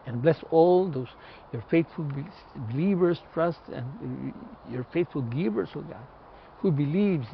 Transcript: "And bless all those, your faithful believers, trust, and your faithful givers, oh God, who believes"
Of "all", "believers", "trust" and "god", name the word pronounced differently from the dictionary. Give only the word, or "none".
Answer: believers